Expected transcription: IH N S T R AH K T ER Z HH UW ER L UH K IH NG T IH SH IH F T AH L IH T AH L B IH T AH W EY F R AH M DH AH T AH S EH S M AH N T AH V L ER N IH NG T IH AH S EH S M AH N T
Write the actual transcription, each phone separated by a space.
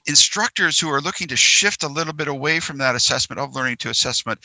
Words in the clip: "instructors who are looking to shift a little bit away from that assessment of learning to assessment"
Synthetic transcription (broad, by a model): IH N S T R AH K T ER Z HH UW ER L UH K IH NG T IH SH IH F T AH L IH T L B IH T AH W EY F R AH M DH AH T AH S EH S M AH N T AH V L ER N IH NG T IH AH S EH S M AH N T